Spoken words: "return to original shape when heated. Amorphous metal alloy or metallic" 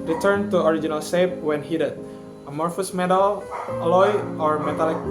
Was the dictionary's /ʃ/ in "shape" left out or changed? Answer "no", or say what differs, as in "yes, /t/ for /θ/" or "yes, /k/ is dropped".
yes, /s/ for /ʃ/